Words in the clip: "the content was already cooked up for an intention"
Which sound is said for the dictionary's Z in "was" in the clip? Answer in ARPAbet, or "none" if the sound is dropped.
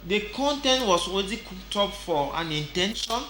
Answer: S